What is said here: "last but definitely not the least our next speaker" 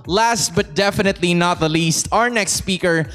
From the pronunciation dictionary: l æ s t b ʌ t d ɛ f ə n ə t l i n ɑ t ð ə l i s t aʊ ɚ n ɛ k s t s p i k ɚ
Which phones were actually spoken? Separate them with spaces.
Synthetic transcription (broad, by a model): l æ s t b ʌ t d ɛ f ə n ə t l i n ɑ t ð ə l i s t aʊ ɚ n ɛ k s t s p i k ɚ